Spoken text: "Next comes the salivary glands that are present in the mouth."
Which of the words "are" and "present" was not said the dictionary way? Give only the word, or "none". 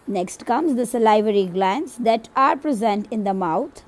none